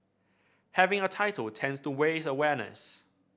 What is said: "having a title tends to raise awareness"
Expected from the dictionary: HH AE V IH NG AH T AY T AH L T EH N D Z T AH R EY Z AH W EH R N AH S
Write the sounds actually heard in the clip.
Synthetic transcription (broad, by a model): HH AE V IH NG AH T AY T AH L T EH N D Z T AH W EY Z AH W EH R N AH S